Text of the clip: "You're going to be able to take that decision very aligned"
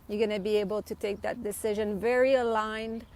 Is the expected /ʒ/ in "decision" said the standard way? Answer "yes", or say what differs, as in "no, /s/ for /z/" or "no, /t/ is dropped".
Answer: yes